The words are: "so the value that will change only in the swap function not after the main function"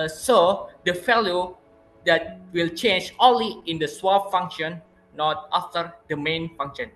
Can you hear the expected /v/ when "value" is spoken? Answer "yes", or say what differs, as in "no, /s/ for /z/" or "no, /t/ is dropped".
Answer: no, /f/ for /v/